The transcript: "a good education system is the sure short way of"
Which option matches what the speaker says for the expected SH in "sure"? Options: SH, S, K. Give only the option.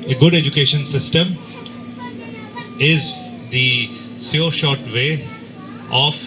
S